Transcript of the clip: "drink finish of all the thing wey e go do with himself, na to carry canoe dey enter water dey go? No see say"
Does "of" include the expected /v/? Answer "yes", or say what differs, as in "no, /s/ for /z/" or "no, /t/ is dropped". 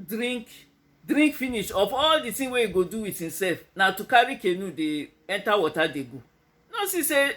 no, /f/ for /v/